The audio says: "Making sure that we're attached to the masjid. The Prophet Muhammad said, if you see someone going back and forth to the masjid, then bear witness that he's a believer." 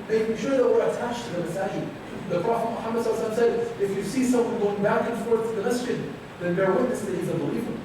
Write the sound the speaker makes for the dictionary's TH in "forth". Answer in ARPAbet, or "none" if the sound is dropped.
T